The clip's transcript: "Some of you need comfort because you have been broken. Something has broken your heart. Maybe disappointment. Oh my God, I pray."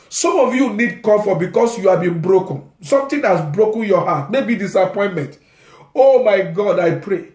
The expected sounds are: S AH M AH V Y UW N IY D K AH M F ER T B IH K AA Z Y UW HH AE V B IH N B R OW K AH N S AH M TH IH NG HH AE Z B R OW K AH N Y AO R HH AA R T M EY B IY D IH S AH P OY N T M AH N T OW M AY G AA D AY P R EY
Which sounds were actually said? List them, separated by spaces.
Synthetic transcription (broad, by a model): S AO M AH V Y UW N IY D K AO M F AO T B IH K AA S Y UW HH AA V B IH N B R OW K AH N S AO M T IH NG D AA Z B R OW K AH N Y AO HH AA T M EY B IY D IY S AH P OY N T M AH N T OW M AY G AA D AY P R EY